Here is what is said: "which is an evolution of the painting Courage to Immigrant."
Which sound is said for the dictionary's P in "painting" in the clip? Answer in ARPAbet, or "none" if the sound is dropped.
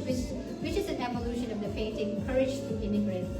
F